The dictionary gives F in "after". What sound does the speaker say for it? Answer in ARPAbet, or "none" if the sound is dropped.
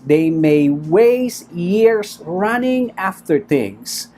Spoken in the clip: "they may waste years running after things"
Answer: F